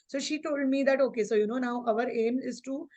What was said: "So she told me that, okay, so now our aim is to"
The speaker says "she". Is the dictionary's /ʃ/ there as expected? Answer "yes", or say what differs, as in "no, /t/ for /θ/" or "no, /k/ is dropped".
yes